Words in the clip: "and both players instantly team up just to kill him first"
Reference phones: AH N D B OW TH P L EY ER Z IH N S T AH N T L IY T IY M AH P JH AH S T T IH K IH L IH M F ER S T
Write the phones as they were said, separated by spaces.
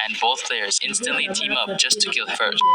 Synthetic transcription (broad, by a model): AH N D B OW TH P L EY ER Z IH N S T AH N T L IY T IY M AH P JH AH S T T IH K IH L F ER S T